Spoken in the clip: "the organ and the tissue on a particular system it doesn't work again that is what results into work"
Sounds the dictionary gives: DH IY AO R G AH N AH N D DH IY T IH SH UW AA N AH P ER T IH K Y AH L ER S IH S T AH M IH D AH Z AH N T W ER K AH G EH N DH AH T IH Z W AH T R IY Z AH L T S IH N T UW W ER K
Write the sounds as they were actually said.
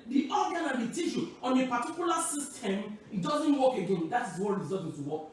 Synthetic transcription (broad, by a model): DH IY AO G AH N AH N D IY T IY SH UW AA N AH P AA T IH K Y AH L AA S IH S T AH M IH D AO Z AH N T W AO K AH G EH N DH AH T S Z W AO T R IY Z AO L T IH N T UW W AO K